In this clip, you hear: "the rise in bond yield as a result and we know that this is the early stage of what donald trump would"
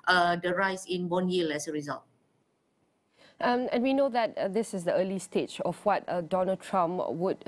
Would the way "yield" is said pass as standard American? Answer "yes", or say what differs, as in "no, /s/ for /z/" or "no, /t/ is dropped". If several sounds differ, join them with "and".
no, /d/ is dropped